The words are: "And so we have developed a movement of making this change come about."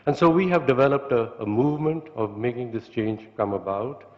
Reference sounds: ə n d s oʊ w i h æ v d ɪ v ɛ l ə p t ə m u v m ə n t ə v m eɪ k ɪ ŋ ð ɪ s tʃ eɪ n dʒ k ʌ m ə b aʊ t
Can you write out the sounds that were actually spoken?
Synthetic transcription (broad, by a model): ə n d s oʊ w i h æ v d ɪ v ɛ l ə p t ə m u v m ə n t ə v m eɪ k ɪ ŋ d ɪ s tʃ eɪ n dʒ k ʌ m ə b aʊ t